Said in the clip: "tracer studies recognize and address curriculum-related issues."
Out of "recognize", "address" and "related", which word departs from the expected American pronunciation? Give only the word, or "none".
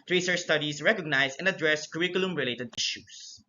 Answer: recognize